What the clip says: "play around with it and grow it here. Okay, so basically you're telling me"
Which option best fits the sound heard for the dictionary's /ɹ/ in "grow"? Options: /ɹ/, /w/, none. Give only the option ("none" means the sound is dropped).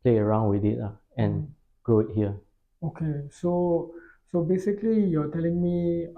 none